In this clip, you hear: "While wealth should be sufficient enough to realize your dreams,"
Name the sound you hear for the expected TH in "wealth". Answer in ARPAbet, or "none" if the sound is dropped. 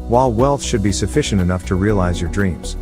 TH